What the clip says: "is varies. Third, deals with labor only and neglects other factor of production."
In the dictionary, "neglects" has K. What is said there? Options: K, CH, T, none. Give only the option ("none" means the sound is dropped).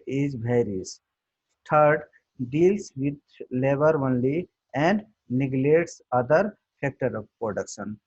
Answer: none